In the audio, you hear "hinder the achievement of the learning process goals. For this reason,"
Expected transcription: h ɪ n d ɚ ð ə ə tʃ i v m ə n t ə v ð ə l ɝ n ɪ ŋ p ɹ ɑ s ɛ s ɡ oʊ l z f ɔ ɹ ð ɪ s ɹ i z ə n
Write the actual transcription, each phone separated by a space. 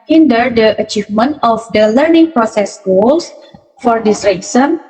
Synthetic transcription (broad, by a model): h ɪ n d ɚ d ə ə tʃ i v m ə n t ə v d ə l ɝ n ɪ ŋ p ɹ ɑ s ɛ s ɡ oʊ l s f ɔ ɹ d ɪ s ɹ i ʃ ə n